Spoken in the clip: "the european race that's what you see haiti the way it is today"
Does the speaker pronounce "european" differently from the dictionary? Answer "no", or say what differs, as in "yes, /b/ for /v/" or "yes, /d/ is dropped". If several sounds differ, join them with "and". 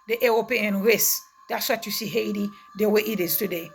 yes, /ɹ/ is dropped